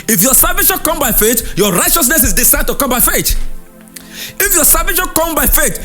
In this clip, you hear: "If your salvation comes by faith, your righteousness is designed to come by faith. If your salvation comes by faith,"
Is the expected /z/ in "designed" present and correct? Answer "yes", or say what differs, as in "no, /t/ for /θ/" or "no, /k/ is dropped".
no, /s/ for /z/